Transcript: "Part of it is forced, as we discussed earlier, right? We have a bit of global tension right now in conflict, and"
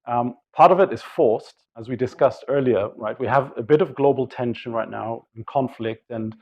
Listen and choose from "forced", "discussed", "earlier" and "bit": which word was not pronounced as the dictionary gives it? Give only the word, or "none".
none